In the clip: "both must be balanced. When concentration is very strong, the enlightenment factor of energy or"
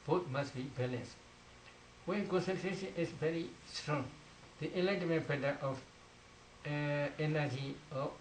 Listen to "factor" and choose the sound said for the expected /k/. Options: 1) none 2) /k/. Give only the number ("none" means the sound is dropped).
1